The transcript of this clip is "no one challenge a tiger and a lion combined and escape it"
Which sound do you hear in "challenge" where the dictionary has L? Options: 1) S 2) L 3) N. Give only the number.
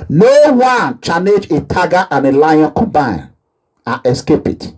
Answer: 3